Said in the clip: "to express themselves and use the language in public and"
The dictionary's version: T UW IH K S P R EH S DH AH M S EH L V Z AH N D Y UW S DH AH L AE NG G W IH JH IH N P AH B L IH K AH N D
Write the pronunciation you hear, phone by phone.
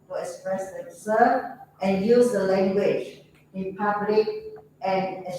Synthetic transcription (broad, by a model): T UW IH K S P R EH S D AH S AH V AH N Y UW S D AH L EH NG G W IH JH IH N P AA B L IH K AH N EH